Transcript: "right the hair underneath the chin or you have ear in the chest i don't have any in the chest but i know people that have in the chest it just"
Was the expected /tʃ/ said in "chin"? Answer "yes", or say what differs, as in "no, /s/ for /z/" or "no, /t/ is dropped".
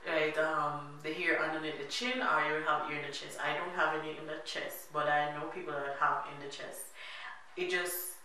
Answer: yes